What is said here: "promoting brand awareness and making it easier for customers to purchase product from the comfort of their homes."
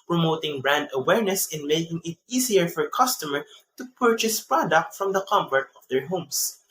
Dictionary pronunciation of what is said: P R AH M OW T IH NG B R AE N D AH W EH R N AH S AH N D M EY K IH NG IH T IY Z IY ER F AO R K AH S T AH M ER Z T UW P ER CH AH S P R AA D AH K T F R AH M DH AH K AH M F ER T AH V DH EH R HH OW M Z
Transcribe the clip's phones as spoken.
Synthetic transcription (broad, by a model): P R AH M OW T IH NG B R AE N D AH W EH R N AH S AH N M EY K IH NG IH T IY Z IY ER F AO R K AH S T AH M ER T UW P ER CH AH S P R AA D AH K T F R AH M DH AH K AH M P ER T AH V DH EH R HH OW M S